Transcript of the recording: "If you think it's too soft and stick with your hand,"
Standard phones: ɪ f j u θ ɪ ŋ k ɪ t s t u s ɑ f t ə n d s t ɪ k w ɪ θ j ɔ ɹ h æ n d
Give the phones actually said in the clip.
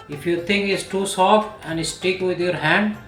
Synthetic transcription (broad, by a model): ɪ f j u t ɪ ŋ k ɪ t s t u s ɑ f t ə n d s t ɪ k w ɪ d j ɔ ɹ h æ n d